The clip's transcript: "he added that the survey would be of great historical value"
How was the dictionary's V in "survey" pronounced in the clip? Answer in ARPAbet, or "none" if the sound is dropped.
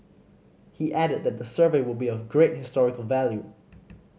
V